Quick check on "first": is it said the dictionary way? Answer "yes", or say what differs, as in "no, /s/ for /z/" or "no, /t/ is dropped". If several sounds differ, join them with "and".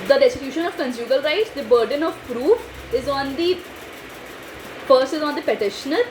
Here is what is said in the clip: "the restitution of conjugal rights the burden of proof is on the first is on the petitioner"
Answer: no, /p/ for /f/ and /t/ is dropped